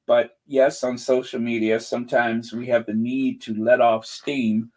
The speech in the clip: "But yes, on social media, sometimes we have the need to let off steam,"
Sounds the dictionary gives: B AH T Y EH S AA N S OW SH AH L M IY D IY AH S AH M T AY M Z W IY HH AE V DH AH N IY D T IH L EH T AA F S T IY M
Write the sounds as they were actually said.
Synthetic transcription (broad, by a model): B AH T Y EH S N S OW SH L M IY D IY AH S AH M T AY M Z W IY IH V DH AH N IY D T IH L EH T AA F S T IY M